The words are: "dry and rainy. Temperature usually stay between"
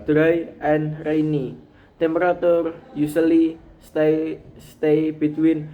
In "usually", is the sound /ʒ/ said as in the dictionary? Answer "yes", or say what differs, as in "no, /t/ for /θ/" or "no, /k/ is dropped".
no, /s/ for /ʒ/